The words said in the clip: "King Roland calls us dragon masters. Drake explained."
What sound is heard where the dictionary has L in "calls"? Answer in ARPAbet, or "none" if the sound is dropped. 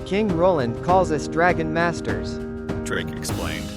L